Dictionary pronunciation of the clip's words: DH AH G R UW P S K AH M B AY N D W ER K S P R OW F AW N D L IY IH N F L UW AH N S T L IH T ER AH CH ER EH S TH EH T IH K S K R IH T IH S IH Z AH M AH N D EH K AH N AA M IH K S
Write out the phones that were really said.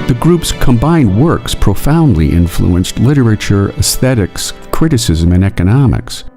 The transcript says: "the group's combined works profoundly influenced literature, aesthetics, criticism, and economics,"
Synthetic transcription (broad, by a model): DH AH G R UW P S K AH M B AY N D W ER K S P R OW F AW N D L IY IH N F L UW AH N S T L IH T ER AH CH ER EH S TH EH T IH K S K R IH T IH S IH Z AH M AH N EH K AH N AA M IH K S